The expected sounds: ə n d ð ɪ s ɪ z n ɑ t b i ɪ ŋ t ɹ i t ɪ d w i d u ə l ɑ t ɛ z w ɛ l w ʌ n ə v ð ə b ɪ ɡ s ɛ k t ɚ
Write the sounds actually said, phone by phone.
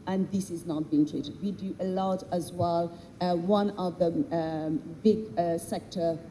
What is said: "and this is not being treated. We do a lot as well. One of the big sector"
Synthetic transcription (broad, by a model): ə n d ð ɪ s ɪ z n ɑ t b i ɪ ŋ t ɹ i t ɪ d w i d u ə l ɑ t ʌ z w ɛ l w ʌ n ə v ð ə b ɪ ɡ s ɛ k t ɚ